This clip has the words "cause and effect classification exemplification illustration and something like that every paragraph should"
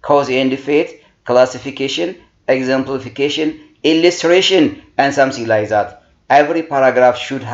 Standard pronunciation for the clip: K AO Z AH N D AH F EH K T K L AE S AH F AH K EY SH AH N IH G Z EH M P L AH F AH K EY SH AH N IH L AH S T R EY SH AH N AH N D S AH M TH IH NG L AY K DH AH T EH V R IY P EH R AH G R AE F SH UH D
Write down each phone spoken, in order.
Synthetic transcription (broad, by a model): K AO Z AH N D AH F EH T K L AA S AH F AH K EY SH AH N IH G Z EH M P L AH F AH K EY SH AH N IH L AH S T R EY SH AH N AH N D S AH M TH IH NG L AY K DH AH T EH V R IY P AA R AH G R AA F SH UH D